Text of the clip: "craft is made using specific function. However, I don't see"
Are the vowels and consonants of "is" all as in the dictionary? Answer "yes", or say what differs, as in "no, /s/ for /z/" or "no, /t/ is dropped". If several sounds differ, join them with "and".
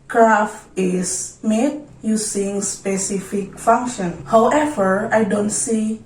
no, /s/ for /z/